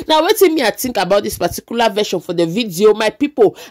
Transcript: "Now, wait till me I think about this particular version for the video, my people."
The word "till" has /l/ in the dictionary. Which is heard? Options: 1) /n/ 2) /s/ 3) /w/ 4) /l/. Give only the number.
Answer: 1